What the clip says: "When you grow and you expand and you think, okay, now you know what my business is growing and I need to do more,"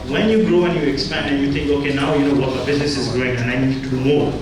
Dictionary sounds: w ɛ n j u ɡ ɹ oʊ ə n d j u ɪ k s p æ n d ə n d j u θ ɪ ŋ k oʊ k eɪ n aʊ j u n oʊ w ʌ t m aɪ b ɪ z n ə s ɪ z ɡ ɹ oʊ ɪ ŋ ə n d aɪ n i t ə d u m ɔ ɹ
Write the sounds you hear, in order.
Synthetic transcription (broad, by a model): w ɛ n j u ɡ ɹ oʊ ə n j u ɪ k s p æ n d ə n j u θ ɪ ŋ k oʊ k eɪ n aʊ j u n oʊ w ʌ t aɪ b ɪ z n ə s ɪ z ɡ ɹ oʊ ɪ ŋ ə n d aɪ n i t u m ɔ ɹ